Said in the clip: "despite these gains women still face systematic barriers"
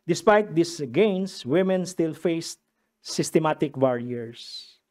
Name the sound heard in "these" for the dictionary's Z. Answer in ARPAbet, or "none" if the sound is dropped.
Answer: S